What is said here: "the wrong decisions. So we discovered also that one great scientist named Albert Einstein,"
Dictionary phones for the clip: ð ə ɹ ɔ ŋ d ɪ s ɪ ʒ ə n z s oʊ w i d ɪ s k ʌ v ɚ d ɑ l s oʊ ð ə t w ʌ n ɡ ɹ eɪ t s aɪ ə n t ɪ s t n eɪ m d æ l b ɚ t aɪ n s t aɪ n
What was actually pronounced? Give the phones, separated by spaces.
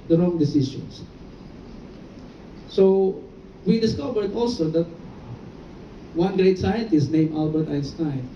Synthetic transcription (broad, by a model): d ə ɹ ɔ ŋ d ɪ s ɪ ʃ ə n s s oʊ w i d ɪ s k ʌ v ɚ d ɑ l s oʊ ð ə t w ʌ n ɡ ɹ eɪ t s aɪ ə n t ɪ s t n eɪ m æ l b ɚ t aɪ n s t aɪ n